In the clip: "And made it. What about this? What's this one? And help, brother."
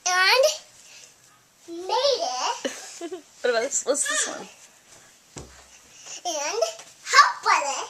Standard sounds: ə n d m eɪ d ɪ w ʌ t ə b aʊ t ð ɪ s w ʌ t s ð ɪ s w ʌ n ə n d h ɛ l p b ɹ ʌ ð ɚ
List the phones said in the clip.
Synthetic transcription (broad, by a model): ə n d m eɪ d ɪ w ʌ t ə aʊ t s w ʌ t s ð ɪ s w ʌ n ə n d h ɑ p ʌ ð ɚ